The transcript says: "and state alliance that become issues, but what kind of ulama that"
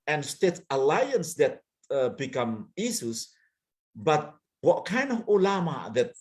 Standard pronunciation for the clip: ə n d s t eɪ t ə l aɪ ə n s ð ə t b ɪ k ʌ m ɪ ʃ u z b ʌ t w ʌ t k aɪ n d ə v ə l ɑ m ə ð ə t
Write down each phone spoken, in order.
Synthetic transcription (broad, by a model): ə n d s t eɪ t ə l aɪ ə n s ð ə t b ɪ k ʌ m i s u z b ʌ t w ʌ t k aɪ n d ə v ə l ɑ m ə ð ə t